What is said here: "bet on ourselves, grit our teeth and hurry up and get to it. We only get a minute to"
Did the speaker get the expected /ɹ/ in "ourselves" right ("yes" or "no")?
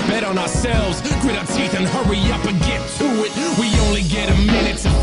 yes